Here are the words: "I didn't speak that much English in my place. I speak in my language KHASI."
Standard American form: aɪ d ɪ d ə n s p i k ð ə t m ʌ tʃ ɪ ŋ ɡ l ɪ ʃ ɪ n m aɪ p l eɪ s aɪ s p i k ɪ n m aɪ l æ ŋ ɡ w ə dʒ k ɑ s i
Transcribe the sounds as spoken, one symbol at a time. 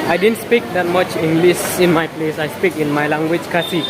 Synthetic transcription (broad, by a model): aɪ d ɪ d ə n s p i k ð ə t m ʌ tʃ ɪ ŋ ɡ l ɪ s ɪ n m aɪ p l eɪ s aɪ s p i k ɪ n m aɪ l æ ŋ ɡ w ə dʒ k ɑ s i